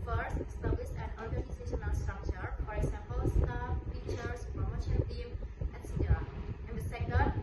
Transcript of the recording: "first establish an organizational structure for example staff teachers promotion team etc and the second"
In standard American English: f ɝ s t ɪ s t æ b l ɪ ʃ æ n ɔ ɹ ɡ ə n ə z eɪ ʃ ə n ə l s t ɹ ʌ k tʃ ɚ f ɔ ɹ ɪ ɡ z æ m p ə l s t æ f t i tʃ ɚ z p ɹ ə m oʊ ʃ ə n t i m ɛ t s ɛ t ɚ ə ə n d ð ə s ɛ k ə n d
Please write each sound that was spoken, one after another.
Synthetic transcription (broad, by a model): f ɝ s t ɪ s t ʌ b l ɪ s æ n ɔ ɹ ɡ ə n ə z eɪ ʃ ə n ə n s t ɹ ʌ k tʃ ɚ f ɔ ɹ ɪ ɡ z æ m p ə l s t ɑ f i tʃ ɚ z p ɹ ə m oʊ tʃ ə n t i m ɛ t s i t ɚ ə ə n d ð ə s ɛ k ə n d